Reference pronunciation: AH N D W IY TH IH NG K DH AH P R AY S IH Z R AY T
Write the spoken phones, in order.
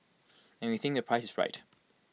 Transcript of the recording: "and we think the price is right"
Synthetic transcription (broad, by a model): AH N W IY TH IH NG K DH AH P R AY S IH Z R AY T